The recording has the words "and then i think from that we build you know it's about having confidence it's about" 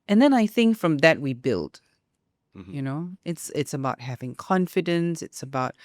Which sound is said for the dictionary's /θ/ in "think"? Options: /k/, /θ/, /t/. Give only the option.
/θ/